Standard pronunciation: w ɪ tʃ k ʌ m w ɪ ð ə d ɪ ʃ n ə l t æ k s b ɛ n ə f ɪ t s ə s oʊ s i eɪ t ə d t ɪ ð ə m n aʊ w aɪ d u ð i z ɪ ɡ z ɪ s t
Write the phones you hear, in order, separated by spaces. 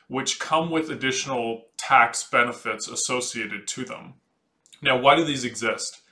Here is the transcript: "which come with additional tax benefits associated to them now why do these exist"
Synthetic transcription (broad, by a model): w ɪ tʃ k ʌ m w ɪ ð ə d ɪ ʃ n l t æ k s b ɛ n ə f ɪ t s ə s oʊ s i eɪ t ə d t ɪ ð ə m n aʊ w aɪ d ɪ ð i z ɪ ɡ z ɪ s t